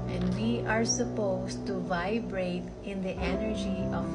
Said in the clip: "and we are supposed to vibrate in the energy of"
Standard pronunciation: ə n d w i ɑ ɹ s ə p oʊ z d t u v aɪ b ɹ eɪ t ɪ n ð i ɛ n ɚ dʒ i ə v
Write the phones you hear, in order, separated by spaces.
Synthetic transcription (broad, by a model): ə n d w i ɑ ɹ s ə p oʊ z t u v aɪ b ɹ eɪ t ɪ n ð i ɛ n ɚ dʒ i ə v